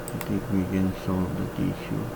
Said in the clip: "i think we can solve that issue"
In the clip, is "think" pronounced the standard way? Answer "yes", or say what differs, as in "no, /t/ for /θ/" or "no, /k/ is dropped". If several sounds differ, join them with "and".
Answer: no, /t/ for /θ/